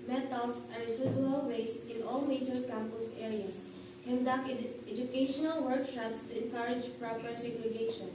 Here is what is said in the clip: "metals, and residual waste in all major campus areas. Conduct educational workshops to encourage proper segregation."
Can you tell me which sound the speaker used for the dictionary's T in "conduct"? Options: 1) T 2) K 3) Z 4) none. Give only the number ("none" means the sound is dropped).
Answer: 4